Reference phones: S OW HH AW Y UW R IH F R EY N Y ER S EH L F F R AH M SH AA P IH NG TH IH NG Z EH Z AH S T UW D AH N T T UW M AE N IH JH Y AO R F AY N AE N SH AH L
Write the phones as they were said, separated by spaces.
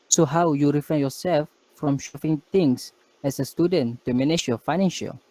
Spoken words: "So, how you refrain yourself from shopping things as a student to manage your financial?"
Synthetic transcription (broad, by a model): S OW HH AW Y UW R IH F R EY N Y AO S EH L F F R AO M SH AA F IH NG T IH NG S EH S AH S T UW D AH N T T UW M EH N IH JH Y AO F AY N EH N SH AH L